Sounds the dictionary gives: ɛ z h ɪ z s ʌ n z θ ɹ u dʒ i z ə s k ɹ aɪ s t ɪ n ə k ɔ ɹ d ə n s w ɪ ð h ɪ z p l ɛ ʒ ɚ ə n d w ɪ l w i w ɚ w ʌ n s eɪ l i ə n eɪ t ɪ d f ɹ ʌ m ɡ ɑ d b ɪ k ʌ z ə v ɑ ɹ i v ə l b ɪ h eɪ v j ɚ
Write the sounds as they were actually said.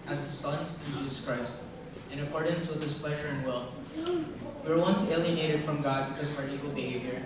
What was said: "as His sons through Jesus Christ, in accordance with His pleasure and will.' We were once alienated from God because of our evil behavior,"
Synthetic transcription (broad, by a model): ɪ z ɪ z s ʌ n z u dʒ i z ə s k ɹ aɪ s t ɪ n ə k ɔ ɹ d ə n s w ɪ ð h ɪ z p l ɛ ʒ ɚ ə n w ɪ l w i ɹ w ʌ n s eɪ l i ə n eɪ t ɪ d f ɹ ʌ m ɡ ɑ d b ɪ k ʌ z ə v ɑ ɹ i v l b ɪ h eɪ v j ɚ